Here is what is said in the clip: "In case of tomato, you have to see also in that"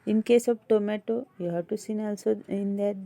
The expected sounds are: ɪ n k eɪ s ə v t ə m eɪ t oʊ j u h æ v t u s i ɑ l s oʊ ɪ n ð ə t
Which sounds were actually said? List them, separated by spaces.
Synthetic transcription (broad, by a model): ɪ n k eɪ s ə b t ə m eɪ t oʊ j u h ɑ t u s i ɑ l s oʊ ɪ n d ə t